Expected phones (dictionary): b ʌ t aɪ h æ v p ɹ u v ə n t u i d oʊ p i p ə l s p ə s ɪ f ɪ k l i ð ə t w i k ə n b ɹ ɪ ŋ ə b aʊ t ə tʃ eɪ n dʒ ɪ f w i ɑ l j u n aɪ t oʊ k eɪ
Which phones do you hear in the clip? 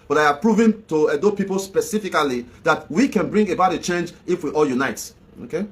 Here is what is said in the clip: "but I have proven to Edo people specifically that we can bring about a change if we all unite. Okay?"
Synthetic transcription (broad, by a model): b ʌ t aɪ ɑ p ɹ u v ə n t u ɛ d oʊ p i p ə l s p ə s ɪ f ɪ k l i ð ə t w i k ə n b ɹ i ŋ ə b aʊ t ə tʃ eɪ n dʒ ɪ f w i ɑ l j u n aɪ t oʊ k eɪ